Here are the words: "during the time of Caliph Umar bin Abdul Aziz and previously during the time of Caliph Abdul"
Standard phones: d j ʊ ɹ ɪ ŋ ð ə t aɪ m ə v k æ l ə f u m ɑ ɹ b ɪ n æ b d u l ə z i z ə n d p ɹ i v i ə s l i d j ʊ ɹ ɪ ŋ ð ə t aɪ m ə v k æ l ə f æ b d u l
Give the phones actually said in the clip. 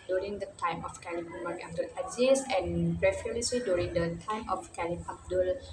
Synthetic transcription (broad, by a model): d j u ɹ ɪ ŋ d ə t aɪ m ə f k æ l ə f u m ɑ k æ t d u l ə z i s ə n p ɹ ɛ f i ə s l i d j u ɹ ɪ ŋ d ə t aɪ m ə f k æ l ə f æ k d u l